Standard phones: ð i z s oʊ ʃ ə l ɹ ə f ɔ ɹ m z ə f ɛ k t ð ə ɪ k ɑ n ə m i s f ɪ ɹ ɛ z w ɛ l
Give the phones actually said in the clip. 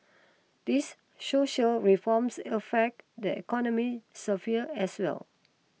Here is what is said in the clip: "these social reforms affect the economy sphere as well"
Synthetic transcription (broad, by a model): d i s s oʊ ʃ ə l ɹ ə f ɔ m s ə f ɛ k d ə ɪ k ɑ n ə m i s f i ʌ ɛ s w ɛ l